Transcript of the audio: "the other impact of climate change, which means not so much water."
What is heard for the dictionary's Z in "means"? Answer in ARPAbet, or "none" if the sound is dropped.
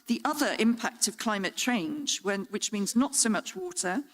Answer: Z